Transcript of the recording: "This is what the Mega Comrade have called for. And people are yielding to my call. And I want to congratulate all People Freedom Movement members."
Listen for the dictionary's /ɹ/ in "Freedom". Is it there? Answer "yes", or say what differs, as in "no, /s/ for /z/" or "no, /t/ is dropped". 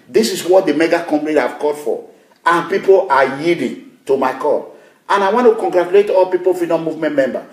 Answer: no, /ɹ/ is dropped